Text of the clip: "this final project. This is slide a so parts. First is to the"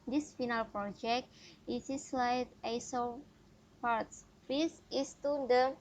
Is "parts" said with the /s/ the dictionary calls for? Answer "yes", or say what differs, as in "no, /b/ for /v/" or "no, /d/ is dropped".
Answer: yes